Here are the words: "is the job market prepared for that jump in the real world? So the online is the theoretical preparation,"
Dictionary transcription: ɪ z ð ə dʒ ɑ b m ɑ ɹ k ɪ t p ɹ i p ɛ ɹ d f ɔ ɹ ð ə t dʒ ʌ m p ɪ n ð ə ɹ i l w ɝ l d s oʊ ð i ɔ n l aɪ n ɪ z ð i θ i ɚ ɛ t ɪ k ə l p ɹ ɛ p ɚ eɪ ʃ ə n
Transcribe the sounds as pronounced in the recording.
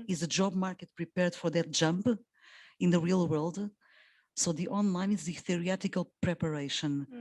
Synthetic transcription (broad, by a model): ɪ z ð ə dʒ ɑ b m ɑ ɹ k ɪ t p ɹ i p ɛ ɹ d f ɔ ɹ ð ə t dʒ ʌ m p ɪ n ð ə ɹ i l w ɝ l d s oʊ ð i ɔ n l aɪ n ɪ z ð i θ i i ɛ t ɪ k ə l p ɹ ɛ p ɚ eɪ ʃ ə n